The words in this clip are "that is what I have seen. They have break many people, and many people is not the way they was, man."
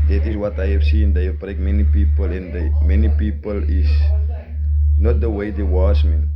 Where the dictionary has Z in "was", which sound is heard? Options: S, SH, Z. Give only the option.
S